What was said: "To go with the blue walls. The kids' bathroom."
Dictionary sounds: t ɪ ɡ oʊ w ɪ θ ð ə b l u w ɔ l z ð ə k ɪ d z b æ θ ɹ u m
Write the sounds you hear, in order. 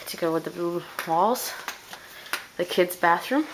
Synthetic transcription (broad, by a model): t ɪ ɡ oʊ w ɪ ð ə b l u w ɔ l z ð ə k ɪ d z b æ θ ɹ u m